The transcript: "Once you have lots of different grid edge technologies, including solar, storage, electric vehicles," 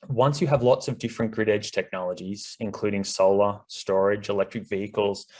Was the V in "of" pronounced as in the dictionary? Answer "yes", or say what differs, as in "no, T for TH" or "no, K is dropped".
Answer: yes